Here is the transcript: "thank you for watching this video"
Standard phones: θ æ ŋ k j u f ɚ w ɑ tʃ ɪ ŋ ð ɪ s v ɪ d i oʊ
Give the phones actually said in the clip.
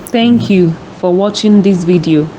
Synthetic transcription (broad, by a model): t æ ŋ k j u f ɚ w ɑ tʃ ɪ ŋ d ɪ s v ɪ d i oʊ